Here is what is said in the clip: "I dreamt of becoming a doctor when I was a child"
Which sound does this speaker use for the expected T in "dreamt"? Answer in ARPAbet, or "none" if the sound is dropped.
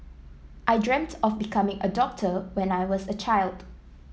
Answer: T